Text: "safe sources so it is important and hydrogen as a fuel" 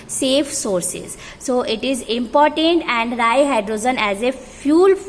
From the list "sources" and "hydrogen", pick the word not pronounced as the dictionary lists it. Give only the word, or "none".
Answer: hydrogen